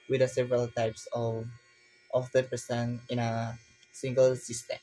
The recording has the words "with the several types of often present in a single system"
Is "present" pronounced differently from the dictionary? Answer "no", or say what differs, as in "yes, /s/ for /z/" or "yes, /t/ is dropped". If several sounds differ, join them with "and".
yes, /ɹ/ is dropped and /s/ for /z/ and /t/ is dropped